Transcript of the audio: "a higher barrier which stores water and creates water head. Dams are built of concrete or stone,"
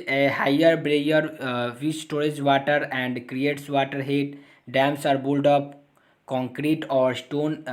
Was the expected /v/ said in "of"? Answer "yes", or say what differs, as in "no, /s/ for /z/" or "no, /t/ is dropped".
no, /p/ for /v/